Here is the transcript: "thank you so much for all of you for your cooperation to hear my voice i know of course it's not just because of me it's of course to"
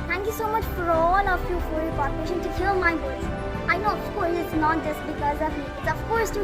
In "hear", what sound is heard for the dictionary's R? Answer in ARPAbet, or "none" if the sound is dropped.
L